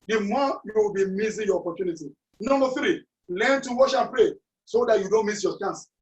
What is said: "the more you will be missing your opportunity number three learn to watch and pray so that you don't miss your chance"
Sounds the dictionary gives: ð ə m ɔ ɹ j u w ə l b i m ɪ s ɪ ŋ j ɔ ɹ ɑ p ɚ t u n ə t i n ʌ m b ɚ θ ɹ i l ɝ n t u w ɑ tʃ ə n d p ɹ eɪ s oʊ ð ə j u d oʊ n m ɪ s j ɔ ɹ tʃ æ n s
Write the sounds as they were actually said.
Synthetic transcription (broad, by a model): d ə m ɔ j u w ə l b i m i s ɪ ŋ j ɔ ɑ p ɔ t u n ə t i n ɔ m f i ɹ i l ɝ n t u w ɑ ʃ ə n p ɹ eɪ s oʊ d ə j u d oʊ n m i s j ɔ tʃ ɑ n s